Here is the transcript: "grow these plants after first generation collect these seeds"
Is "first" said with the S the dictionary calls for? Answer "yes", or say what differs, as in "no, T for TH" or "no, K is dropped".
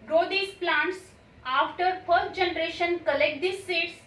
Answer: no, S is dropped